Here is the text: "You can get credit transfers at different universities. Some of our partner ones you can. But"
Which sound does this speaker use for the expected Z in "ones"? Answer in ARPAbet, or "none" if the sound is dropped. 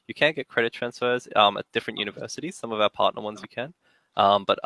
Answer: Z